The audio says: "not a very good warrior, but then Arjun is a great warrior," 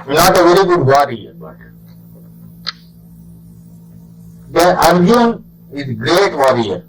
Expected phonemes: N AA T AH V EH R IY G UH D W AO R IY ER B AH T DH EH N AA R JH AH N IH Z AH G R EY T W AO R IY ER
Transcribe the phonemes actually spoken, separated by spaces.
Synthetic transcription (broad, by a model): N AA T AH V EH R IY G UH D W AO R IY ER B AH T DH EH AA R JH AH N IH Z G R EY T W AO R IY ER